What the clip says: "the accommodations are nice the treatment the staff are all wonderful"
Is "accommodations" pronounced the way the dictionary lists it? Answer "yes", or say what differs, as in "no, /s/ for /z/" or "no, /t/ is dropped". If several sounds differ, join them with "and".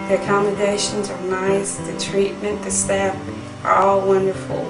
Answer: yes